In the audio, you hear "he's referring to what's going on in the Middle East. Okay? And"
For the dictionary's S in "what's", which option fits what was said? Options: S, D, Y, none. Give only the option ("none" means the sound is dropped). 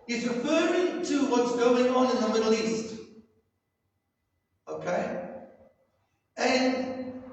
S